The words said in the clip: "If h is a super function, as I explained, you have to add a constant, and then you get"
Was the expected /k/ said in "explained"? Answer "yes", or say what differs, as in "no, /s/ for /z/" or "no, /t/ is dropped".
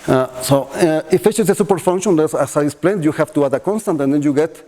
no, /k/ is dropped